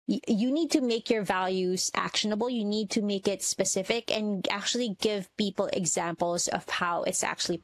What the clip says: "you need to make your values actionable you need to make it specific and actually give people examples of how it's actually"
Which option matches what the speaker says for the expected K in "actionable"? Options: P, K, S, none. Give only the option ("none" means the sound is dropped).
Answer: K